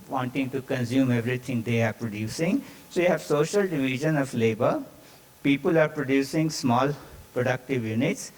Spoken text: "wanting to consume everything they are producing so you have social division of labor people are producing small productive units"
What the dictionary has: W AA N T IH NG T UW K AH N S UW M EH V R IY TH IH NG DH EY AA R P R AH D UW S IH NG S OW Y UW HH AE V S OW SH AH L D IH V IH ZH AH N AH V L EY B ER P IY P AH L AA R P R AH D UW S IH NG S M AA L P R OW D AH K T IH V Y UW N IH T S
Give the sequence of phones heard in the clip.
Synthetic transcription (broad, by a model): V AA N T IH NG T UW K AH N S UW M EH V R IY T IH NG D EY AA R P R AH D UW S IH NG S OW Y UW HH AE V S OW SH AH L D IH V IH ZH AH N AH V L EY B ER P IY P AH L AA R P R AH D UW S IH NG S M AA L P R OW D AH K T IH V Y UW N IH T S